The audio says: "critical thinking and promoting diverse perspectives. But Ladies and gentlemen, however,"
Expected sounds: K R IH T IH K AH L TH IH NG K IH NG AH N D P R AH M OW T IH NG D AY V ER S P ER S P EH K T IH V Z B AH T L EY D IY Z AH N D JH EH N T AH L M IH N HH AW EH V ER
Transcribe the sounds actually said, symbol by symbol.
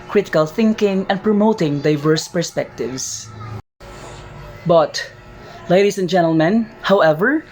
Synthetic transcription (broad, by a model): K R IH T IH K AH L TH IH NG K IH NG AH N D P R AH M OW T IH NG D AY V ER S P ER S P EH K T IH V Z B AH T L EY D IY S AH N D JH EH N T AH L M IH N HH AW EH V ER